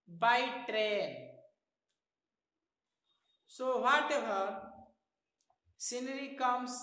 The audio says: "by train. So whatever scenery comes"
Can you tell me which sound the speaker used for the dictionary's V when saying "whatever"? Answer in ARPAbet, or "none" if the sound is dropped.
B